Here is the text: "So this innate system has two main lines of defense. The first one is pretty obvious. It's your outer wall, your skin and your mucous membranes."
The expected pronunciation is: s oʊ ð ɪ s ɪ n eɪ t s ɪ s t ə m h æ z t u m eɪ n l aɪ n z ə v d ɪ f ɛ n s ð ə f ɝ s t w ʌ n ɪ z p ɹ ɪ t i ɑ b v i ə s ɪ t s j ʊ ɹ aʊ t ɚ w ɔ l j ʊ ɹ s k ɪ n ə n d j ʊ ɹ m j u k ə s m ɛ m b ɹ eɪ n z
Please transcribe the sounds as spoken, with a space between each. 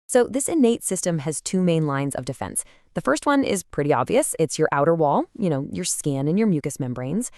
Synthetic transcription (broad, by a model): s oʊ ð ɪ s ɪ n eɪ t s ɪ s t ə m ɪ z t u m eɪ n l aɪ n z ə v d ɪ f ɛ n s ð ə f ɝ s t w ʌ n ɪ z p ɹ ɪ t i ɑ b v i ə s ɪ t s j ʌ ɹ aʊ t ɚ w ɔ l j ʊ ɹ s k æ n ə n j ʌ ɹ m j u k ə s m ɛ m b ɹ eɪ n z